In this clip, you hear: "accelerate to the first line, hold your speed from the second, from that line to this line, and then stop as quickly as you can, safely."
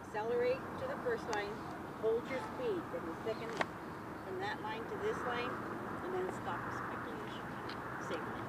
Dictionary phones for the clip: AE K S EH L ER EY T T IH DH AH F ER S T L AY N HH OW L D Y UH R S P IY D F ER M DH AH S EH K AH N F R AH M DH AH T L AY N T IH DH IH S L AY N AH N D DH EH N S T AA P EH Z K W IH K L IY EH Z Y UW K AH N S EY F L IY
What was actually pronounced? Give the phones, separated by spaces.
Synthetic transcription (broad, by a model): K S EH L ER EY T T IH DH AH F ER S T L AY N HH OW L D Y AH R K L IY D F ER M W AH TH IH K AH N F R AH M DH AH T L AY N T IH DH IH S L AY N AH N DH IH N S T AA P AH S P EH K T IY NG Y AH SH S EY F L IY